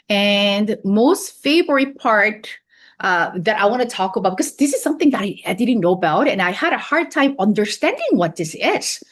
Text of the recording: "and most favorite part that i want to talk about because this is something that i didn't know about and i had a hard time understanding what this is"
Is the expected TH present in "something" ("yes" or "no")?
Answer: yes